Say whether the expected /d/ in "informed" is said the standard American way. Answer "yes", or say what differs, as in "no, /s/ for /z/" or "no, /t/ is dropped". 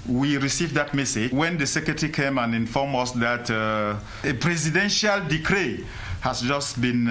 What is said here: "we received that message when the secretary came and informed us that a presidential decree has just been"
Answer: no, /d/ is dropped